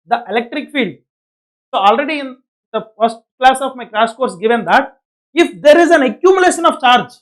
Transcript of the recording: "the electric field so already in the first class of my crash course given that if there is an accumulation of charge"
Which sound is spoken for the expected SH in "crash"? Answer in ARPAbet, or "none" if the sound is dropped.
S